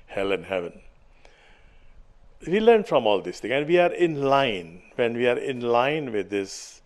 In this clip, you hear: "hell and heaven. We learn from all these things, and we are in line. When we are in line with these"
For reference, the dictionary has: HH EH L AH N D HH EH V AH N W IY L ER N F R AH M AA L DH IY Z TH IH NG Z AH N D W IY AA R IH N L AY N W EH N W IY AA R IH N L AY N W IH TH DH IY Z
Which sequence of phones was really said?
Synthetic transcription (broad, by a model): HH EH L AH N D HH EH V AH N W IY L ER N F R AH M AA L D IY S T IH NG AH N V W IY AA R IH N L AY N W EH N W IY AA R IH N L AY N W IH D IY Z